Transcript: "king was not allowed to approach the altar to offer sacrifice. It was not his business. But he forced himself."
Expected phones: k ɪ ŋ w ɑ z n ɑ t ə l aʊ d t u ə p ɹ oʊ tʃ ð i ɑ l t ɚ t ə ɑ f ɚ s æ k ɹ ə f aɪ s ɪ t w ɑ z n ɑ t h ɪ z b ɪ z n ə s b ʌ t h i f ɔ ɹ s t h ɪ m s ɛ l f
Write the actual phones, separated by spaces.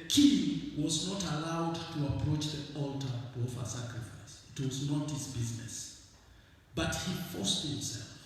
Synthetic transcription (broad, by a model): k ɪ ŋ w ɑ z n ɑ t ə l aʊ d t u ə p ɹ oʊ tʃ ð i ɑ l t ɚ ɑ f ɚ s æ k ɹ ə f aɪ s ɪ t w ɑ z n ɑ t h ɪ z b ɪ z n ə s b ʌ t h i f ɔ s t h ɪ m s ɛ l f